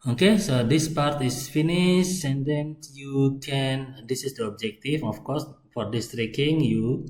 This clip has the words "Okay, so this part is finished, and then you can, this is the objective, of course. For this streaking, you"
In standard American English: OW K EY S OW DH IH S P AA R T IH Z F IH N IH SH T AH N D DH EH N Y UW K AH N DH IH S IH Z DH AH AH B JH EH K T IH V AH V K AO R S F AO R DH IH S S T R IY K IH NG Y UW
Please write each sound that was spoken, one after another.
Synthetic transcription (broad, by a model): OW K EY S OW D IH S P AA R T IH S F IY N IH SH AH N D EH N Y UW K AH N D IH S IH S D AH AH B JH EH K T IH F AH F K AO R S F AO R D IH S S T R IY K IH NG Y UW